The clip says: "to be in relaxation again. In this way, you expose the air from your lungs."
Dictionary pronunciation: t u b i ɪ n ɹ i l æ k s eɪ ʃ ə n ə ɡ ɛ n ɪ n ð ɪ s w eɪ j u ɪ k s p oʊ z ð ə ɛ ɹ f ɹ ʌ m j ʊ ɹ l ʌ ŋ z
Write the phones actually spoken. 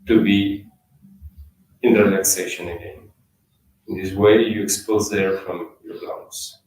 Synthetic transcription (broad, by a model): t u b i ɪ n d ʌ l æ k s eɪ ʃ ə n ə ɡ ɛ n ɪ n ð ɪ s w eɪ j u ɪ k s p oʊ z ð ə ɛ ɹ f ɹ ʌ m j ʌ ɹ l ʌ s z